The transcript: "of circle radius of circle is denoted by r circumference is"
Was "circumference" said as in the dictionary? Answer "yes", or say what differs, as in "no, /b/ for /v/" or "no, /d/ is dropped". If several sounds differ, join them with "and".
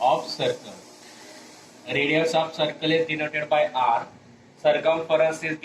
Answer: no, /n/ is dropped